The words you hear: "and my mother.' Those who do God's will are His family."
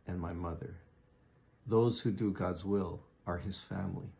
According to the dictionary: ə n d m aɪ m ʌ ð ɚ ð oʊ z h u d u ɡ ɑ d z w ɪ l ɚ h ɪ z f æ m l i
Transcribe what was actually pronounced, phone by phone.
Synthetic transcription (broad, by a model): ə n m aɪ m ʌ ð ɚ ð oʊ z h u d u ɡ ɑ d z w ɪ l ɚ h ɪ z f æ m l i